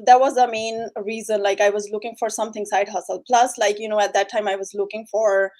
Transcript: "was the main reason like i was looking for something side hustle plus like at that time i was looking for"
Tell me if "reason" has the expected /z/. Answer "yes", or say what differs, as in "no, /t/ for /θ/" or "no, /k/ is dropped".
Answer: yes